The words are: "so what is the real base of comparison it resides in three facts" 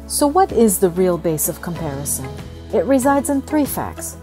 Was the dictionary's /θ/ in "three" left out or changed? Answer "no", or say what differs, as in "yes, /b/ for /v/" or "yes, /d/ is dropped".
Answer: no